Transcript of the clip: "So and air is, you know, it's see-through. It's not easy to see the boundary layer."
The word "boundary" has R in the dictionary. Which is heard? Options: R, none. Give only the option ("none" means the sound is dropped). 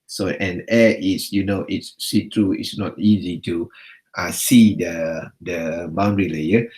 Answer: R